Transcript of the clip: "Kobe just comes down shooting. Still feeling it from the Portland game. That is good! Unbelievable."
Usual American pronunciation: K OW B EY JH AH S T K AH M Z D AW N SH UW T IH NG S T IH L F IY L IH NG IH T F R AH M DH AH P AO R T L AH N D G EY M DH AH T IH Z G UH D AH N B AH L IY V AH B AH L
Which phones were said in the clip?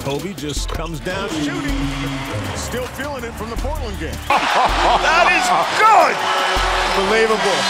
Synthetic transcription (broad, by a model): OW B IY JH AH S K AH M Z D AW N SH UW T IH NG S T IH L F IY L IH NG IH T F R AH M DH AH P AO R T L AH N G EY M DH AH T IH Z G UH D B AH L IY V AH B L